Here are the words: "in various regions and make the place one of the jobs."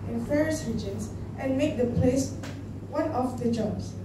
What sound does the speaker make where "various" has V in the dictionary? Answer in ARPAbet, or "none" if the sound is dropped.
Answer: F